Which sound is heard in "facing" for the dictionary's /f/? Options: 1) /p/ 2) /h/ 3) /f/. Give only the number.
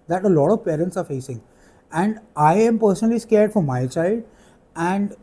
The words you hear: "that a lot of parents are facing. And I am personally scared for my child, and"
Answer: 3